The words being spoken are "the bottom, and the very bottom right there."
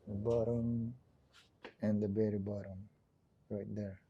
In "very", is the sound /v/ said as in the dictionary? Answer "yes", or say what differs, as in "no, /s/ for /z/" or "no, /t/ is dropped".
no, /b/ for /v/